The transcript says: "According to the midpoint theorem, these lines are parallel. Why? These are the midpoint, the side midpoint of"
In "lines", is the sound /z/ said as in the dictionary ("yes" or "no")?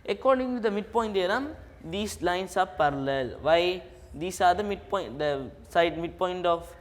no